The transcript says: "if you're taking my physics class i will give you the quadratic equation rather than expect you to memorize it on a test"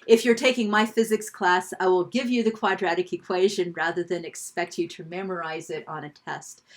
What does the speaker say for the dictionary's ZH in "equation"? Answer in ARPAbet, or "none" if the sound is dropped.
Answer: ZH